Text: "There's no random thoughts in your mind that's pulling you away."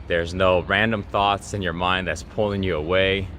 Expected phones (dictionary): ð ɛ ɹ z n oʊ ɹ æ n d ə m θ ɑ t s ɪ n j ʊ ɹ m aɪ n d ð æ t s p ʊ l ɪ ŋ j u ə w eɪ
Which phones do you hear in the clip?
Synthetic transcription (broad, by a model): ð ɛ ɹ z n oʊ ɹ æ n d ə m θ ɑ t s ɪ n j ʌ ɹ m aɪ n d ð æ t s p ʊ l ɪ ŋ j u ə w eɪ